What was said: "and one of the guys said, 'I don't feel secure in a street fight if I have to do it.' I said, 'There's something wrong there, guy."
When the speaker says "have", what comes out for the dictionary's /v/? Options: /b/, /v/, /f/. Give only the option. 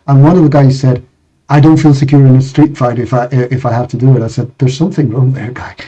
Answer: /f/